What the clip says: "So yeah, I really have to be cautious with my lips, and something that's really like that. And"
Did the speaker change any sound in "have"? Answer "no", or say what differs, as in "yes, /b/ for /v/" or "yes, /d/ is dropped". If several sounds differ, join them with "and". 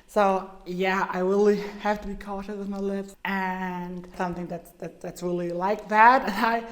yes, /f/ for /v/